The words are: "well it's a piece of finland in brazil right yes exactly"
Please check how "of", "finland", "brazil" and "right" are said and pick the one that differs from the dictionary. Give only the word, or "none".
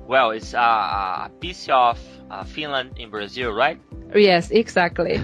of